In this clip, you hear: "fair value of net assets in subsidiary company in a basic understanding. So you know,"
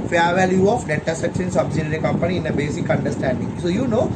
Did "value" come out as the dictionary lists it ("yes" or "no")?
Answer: yes